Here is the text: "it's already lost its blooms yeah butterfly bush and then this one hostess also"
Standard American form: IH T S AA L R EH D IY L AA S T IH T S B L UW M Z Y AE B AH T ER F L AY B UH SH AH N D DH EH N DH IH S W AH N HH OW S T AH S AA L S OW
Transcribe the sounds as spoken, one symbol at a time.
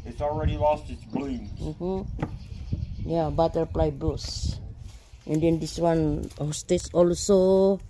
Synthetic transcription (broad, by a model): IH T S AA L R EH D IY L AA S T IH T S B L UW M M Y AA B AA T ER P L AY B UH S AH N D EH N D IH S W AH N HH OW S T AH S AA L S OW